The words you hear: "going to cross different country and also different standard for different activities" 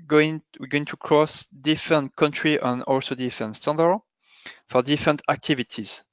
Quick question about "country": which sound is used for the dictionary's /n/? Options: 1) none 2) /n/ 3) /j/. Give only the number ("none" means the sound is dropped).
2